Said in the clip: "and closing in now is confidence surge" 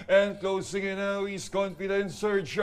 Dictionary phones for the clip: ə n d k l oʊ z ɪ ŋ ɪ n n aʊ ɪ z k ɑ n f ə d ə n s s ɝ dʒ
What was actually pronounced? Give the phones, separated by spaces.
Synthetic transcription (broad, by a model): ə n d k l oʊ s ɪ ŋ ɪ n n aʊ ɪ s k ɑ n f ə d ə n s s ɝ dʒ